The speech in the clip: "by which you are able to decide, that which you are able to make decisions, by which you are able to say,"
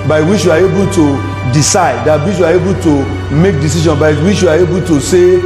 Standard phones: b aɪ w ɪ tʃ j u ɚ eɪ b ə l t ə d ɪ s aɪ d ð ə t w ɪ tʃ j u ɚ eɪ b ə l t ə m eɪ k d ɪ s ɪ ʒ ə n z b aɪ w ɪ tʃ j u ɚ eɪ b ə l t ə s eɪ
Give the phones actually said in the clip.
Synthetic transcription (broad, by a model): b aɪ w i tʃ j u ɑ eɪ b ə l t ə d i s aɪ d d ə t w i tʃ j u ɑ eɪ b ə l t ə m eɪ k d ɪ s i ʃ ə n b aɪ w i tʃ j u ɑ eɪ b ə l t ə s eɪ